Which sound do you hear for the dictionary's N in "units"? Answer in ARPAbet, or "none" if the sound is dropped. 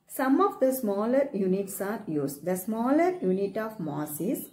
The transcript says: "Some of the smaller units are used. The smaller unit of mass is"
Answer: N